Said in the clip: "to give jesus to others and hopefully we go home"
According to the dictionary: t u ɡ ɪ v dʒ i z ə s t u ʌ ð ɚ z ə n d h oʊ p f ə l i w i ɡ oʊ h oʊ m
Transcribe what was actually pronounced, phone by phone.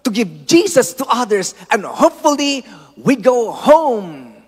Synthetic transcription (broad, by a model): t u ɡ ɪ v dʒ i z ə s t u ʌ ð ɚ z ə n d h oʊ p f ə l i w i ɡ oʊ h oʊ m